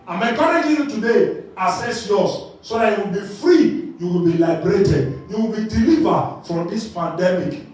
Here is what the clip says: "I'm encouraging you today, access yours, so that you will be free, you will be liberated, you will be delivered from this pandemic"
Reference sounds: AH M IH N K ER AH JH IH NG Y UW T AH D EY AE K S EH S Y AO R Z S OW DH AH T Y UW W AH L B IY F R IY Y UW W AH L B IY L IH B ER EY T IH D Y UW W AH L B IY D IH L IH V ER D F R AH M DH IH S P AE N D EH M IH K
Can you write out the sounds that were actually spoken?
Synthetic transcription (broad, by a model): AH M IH K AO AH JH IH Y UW T AH D EY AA S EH S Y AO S S OW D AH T Y UW W AH L B IY F R IY Y UW W AH L B IY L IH B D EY T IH D Y UW W AH L B IY D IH L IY V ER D F R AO M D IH S P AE N D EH M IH K